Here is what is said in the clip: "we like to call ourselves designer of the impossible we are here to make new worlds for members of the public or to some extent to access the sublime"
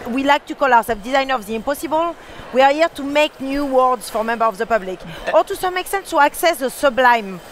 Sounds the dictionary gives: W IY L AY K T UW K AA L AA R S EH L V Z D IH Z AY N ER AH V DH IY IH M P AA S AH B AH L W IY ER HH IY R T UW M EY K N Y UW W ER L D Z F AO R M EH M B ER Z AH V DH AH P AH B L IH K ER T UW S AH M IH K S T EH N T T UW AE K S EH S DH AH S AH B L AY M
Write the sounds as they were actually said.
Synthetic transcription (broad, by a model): W IY L AY K T UW K AA L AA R S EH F D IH Z AY N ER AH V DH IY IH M P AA S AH B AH L W IY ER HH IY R T UW M EY K N Y UW W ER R D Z F AO R M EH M B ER AH V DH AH P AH B L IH K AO T UW S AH M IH K S T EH N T T UW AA K S EH S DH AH S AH B L AY M